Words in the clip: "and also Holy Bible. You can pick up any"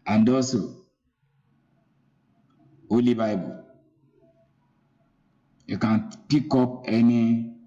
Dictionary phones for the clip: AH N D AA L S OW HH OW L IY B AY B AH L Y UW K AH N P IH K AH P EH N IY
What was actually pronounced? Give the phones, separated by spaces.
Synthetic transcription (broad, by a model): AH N D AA S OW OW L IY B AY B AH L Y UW K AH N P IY K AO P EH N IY